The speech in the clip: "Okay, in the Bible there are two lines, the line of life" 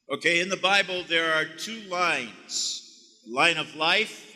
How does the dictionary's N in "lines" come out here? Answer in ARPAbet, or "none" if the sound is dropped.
N